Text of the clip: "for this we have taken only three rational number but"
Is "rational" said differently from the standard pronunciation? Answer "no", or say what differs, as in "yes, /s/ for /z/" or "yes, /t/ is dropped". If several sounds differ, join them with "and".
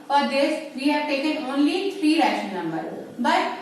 yes, /n/ is dropped and /n/ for /l/